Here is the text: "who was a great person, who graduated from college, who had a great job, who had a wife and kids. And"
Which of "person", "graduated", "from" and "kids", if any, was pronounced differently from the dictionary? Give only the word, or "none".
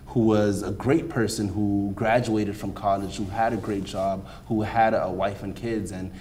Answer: none